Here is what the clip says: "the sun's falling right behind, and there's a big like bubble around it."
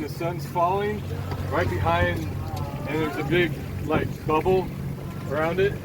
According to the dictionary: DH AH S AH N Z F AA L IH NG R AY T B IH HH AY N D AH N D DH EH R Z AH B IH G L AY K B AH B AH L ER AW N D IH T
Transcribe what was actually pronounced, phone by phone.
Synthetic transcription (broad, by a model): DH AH S AH N Z F AA L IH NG R AY T B IH HH AY N D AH N DH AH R Z AH B IH G L AY K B AH B L ER AW N D IH T